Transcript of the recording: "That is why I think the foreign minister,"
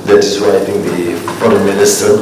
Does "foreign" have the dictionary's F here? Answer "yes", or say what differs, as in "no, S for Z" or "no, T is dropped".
no, P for F